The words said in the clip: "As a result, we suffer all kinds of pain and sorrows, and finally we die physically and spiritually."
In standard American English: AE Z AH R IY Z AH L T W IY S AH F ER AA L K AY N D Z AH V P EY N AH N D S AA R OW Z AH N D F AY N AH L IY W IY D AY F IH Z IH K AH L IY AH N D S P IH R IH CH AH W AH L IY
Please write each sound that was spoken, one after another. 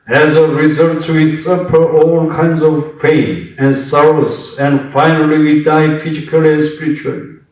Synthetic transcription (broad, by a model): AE Z AH R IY Z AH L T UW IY S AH P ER AA L K AY N D Z AH V F EY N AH N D S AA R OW S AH N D F AY N AH L IY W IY D AY F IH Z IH K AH L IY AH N S P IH R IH CH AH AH L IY